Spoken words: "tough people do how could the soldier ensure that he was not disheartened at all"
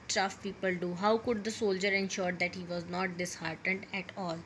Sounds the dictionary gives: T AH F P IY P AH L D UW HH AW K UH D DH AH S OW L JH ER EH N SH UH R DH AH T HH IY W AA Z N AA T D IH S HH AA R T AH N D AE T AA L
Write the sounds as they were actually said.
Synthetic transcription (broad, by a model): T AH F P IY P AH L D UW HH AW K UH D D AH S OW L JH ER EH N SH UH R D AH T HH IY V AA Z N AA T D IH S HH AA R T AH N D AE T AA L